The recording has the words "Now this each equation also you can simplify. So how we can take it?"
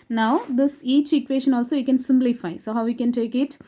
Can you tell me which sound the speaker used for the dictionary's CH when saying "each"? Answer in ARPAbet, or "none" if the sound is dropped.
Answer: CH